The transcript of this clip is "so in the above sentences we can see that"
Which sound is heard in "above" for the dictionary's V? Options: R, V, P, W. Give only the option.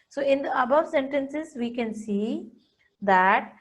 V